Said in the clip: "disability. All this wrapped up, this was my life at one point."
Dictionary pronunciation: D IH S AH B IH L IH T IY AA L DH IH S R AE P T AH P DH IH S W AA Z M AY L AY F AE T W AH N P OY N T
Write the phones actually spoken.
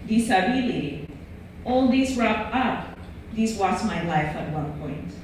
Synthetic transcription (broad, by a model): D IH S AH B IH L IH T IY AA L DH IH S R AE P AH P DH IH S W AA S M AY L AY F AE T W AH N P OY N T